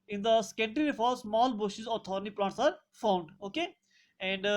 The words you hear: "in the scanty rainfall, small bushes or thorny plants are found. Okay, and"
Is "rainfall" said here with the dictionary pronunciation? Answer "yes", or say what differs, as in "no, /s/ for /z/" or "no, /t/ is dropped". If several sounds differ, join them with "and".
no, /n/ is dropped